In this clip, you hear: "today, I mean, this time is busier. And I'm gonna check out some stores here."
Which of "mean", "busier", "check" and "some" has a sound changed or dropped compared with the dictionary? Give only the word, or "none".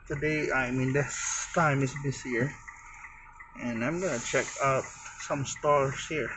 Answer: busier